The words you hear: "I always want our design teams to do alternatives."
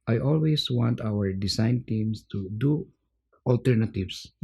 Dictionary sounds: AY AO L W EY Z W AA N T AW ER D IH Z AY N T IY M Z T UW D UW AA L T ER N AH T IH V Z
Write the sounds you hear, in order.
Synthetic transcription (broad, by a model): AY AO L W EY S W AA N T AW ER D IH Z AY N T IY M S T UW D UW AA L T ER N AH T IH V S